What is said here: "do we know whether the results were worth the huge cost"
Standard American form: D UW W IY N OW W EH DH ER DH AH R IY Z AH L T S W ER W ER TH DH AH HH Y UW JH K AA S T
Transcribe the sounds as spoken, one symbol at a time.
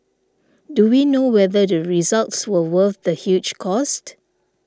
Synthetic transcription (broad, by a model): D UW W IY N OW W EH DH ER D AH R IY Z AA L T S W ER W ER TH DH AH HH Y UW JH K AA S T